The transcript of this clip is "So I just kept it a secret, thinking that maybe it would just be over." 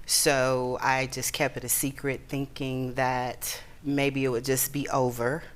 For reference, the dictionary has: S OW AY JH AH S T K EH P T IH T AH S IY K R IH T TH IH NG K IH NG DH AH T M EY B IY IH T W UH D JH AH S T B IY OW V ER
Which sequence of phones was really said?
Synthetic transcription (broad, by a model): S OW AY JH AH S K EH P T IH T AH S IY K R IH T TH IH NG K IH NG DH AH T M EY B IY IH T W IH D JH AH S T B IY OW V ER